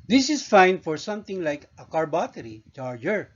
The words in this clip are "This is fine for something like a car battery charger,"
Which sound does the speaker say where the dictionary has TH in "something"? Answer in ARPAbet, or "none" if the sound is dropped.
T